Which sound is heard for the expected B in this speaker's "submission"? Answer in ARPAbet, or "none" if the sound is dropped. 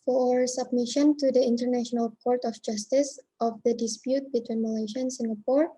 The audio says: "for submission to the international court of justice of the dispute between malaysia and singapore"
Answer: B